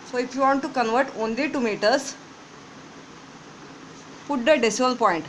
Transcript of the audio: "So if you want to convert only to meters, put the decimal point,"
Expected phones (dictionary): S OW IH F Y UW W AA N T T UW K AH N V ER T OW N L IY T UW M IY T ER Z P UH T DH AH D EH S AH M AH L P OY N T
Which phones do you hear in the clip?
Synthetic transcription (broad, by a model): S OW IH F Y UW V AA N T T UW K AH N V ER T OW N L IY T UW M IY T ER S P UH T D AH D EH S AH AH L P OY N T